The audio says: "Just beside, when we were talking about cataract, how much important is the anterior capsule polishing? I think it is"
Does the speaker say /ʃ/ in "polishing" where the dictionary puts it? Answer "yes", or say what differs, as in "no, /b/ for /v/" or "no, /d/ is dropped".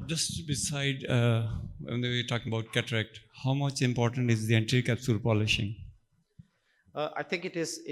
yes